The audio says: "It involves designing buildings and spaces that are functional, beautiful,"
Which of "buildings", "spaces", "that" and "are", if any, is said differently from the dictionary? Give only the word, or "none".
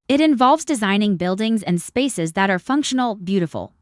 none